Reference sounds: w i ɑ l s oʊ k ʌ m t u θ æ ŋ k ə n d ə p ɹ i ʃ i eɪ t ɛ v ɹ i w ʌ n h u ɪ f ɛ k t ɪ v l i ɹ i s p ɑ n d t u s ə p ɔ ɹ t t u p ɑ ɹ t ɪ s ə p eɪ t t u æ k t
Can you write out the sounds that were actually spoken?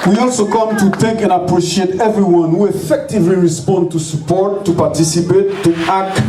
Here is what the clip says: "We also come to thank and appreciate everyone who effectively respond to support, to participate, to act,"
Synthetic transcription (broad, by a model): w i ɑ l s oʊ k ʌ m t u t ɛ k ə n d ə p ɹ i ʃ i eɪ t ɛ v ɹ i w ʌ n h u ɪ f ɛ k t ɪ v l i ɹ i s p ɑ n d t u s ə p ɔ ɹ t t u p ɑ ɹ t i s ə p eɪ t t u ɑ k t